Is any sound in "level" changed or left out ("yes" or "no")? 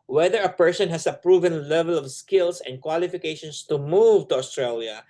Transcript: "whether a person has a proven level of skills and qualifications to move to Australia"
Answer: no